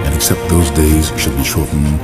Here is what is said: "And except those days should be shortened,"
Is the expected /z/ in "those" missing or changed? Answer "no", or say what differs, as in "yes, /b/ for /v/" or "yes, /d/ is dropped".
no